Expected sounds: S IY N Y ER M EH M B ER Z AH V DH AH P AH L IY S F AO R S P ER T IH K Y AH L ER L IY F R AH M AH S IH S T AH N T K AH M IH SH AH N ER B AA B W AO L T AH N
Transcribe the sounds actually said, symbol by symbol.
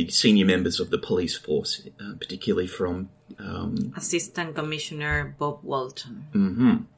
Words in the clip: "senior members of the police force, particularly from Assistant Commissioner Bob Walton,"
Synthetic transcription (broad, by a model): S IY N Y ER M EH M B ER Z AH V DH AH P AH L IY S F AO R S P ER T IH K Y L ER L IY F R AH M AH S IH S T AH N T K AH M IH SH AH N ER B AA B W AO L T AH N